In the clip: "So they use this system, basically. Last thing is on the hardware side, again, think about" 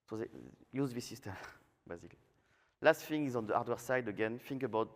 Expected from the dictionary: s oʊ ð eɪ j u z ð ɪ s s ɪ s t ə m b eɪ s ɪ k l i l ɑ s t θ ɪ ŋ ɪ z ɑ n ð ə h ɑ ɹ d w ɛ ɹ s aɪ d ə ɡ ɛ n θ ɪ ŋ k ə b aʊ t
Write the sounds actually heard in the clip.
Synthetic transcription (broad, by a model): s oʊ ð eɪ j u z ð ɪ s s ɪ s t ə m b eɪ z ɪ k l i l ɑ s t f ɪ ŋ ɪ z ɑ n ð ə ɑ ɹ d w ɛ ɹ s aɪ d ə ɡ ɛ n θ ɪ ŋ k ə b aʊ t